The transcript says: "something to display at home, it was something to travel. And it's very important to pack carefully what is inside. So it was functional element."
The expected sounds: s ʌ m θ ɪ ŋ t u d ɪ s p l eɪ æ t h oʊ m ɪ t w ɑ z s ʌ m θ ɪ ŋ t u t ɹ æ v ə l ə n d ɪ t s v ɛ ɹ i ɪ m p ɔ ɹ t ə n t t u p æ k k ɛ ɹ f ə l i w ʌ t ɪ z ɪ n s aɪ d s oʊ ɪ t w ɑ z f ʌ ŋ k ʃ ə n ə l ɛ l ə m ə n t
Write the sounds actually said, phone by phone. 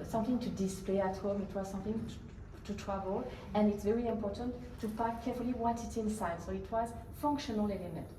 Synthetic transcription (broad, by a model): s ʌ m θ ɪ ŋ t u d ɪ s p l eɪ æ t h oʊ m ɪ t w ɑ z s ʌ m θ ɪ ŋ t u t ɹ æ v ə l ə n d ɪ t s v ɛ ɹ i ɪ m p ɔ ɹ t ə n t t u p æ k k ɛ ɹ f ə l i w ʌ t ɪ s ɪ n s aɪ d s oʊ ɪ t w ɑ z f ʌ ŋ k ʃ ə n ə l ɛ l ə m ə n t